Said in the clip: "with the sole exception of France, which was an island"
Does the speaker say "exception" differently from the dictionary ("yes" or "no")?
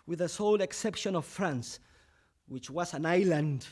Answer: no